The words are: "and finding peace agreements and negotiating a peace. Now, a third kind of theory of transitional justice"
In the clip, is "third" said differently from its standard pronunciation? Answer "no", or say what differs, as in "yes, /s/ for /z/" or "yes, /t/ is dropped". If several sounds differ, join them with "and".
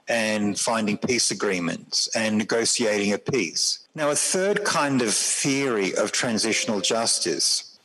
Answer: no